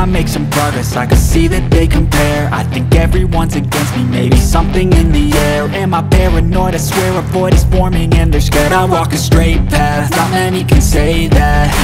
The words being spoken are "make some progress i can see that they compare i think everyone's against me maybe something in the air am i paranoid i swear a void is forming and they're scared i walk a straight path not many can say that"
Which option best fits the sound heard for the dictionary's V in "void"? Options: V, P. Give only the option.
P